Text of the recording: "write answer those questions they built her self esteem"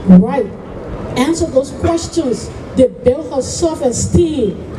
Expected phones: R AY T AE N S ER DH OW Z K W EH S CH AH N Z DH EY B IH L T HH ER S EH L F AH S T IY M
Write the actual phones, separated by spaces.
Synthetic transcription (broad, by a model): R AY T AE N S ER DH OW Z K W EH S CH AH N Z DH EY B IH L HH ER S EH L F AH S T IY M